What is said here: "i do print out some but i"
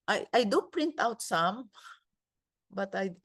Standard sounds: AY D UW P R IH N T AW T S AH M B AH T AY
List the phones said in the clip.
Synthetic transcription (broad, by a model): AY D UW P R IH N T AW T S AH M B AH T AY